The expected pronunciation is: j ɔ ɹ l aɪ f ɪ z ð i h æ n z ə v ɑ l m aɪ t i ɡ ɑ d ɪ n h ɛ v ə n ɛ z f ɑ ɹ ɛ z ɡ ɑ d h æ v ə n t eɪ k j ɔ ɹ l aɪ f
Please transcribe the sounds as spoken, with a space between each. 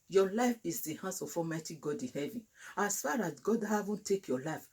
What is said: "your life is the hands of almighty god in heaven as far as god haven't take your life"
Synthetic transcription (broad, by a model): j ɔ l aɪ f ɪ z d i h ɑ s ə f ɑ m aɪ t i ɡ ɑ d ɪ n h ɛ v ə n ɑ s f ɑ ɹ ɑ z ɡ ɑ d h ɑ v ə n t eɪ k j ɔ l aɪ f